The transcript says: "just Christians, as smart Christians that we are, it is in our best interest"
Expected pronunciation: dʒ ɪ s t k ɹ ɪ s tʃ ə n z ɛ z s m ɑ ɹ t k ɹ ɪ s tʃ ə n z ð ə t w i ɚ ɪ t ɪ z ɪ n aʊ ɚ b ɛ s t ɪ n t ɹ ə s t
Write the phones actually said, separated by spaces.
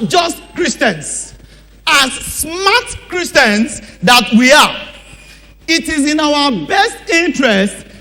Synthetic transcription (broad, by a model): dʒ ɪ s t k ɹ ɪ s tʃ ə n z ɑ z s m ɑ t k ɹ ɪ s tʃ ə n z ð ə t w i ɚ ɪ t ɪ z ɪ n aʊ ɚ b ɛ s t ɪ n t ɹ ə s t